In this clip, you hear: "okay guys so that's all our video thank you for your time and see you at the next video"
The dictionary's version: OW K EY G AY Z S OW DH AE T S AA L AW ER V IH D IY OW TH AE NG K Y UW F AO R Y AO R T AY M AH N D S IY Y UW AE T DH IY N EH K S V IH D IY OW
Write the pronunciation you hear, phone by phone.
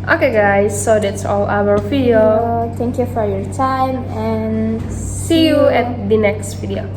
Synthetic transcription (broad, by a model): OW K EY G AY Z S OW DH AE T S AA L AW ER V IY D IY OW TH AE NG K Y UW F AO R Y AO R T AY M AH N S IY Y UW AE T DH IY N EH K S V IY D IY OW